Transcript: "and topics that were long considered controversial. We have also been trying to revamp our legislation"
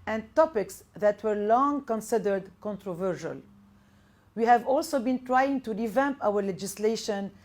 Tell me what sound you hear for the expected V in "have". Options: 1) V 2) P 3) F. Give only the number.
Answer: 1